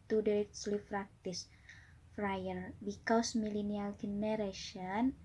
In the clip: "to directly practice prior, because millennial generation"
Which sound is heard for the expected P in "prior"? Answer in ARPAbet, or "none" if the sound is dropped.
F